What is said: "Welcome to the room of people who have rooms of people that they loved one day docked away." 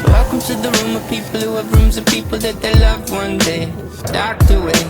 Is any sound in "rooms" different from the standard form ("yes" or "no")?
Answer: no